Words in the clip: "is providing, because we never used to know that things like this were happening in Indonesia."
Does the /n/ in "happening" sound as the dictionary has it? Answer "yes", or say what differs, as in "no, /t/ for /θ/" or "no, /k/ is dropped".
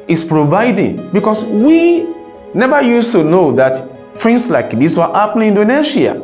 no, /l/ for /n/